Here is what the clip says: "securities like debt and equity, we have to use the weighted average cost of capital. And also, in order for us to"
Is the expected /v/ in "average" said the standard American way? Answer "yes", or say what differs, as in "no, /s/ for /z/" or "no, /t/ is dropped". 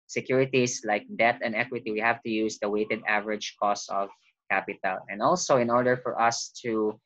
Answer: yes